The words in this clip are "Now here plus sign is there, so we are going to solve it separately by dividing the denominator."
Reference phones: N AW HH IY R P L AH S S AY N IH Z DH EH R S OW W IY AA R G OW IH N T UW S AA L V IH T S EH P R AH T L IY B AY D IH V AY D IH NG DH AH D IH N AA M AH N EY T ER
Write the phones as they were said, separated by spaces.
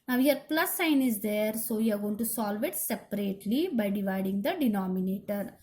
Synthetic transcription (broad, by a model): N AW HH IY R P L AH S S AY N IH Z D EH R S OW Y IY AA R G OW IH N T UW S AA L V IH T S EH P R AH T L IY B AY D IH V AY D IH NG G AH D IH N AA M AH N EY T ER